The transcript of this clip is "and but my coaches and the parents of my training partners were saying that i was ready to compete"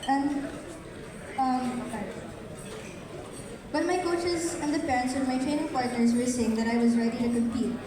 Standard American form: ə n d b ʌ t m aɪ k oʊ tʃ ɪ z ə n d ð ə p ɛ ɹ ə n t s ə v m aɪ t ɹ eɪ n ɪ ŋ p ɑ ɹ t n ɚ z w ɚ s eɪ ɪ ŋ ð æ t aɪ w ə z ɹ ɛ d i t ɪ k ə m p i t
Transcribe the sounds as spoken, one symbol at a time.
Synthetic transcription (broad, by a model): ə n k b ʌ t m aɪ k oʊ tʃ ɪ z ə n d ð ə p ɛ ɹ ə n t s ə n m aɪ t ɹ eɪ n ɪ ŋ p ɑ ɹ t n ɚ z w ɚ s eɪ ɪ ŋ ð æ t aɪ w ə z ɹ ɛ d i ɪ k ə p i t